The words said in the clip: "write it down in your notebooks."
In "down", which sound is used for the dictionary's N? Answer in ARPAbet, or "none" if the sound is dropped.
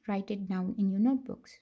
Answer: none